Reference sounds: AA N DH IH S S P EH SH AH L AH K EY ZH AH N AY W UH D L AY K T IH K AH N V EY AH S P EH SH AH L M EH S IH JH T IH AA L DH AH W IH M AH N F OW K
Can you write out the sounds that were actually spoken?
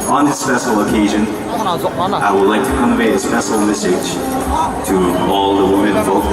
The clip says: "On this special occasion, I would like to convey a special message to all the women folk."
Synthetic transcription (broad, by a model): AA N DH IH S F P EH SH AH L AH K EY ZH AH N AY W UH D L AY K T IH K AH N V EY AH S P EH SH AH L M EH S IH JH T IH AA L DH AH W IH M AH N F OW